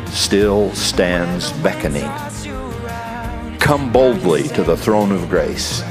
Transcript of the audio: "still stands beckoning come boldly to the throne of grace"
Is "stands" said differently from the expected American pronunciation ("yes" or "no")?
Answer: no